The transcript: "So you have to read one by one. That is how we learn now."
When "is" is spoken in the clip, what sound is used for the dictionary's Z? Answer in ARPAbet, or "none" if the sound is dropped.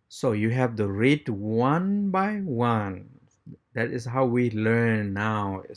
S